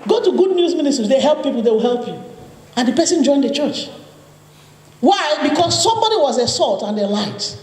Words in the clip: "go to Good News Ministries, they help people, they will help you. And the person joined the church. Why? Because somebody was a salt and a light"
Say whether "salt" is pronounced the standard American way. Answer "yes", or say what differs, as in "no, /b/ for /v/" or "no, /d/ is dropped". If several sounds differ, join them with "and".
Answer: yes